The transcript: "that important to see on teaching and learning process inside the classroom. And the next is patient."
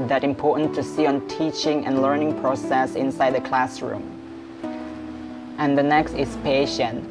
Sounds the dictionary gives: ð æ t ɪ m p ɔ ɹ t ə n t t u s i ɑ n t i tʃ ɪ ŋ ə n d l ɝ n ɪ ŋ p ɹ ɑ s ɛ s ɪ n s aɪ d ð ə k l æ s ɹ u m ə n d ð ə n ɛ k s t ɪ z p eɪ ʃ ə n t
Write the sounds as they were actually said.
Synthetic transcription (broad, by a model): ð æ t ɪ m p ɔ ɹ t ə n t t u s i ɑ n t i tʃ ɪ ŋ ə n l ɝ n ɪ ŋ p ɹ ɑ s ɛ s ɪ n s aɪ d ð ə k l æ s ɹ u m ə n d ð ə n ɛ k s t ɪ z p eɪ ʃ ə n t